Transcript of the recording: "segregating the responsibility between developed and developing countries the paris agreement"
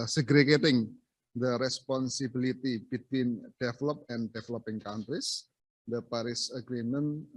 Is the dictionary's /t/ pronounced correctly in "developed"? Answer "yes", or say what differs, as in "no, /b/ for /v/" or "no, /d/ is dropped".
no, /t/ is dropped